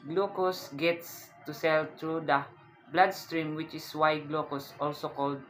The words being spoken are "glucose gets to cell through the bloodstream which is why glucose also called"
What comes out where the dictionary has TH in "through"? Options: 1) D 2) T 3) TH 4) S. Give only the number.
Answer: 2